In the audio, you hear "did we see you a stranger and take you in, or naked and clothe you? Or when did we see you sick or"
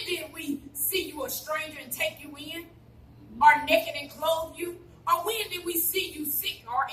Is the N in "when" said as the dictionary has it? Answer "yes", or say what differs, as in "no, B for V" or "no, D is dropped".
yes